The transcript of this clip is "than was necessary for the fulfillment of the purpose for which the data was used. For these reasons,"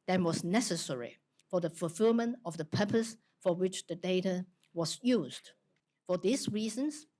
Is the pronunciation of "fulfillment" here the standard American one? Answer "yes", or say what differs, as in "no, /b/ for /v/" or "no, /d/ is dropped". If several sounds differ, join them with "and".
yes